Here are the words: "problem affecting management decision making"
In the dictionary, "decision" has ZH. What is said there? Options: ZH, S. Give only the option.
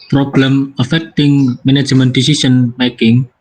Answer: S